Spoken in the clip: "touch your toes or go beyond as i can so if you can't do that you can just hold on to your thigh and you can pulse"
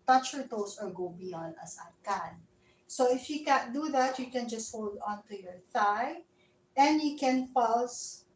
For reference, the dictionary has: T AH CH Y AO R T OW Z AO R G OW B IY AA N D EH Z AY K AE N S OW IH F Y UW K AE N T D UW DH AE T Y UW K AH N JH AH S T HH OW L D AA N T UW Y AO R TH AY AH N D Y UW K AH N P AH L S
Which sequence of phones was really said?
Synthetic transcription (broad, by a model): T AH CH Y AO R T OW S AO R G OW B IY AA N D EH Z AY K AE N S OW IH F Y UW K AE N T D UW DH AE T Y UW K AH N JH AH S T HH OW L D AA N T UW Y AO R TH AY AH N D Y UW K AH N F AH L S